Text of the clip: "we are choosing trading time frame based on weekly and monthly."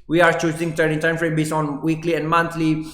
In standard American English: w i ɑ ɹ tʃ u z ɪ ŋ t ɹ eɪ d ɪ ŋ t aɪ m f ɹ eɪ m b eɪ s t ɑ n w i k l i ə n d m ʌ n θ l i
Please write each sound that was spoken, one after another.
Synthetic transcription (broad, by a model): w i ɑ ɹ tʃ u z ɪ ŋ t eɪ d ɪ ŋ t aɪ m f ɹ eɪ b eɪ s ɑ n w i k l i ə n d m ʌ n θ l i